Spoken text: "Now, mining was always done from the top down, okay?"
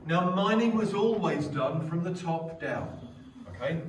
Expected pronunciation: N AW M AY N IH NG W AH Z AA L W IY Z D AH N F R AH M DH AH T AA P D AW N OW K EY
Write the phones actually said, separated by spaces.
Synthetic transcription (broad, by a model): N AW M AY N IH NG W AH Z AA L W IY Z D AH N F R AH M DH AH T AA P D AW N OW K EY